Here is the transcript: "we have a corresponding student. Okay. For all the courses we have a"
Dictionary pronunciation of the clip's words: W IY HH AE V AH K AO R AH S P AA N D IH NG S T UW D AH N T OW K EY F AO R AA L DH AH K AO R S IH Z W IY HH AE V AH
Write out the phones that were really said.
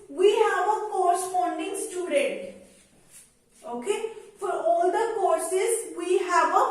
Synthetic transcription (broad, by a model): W IY HH AE V AH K AO R S F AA N D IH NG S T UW D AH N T OW K EY F AO R AA L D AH K AO R S IH Z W IY HH AE V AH